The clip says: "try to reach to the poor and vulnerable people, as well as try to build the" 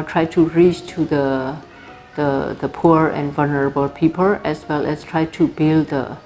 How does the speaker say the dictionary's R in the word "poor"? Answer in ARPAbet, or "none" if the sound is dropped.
R